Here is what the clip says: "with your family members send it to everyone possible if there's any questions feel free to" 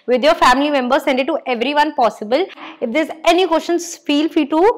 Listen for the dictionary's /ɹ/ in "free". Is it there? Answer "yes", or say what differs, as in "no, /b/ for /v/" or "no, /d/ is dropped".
no, /ɹ/ is dropped